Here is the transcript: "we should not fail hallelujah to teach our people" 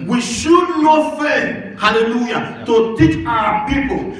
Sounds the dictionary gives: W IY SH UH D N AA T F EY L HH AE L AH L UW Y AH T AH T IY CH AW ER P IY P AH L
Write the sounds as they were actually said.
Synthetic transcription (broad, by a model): W IY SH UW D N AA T F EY N HH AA L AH L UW Y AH T AH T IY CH AW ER P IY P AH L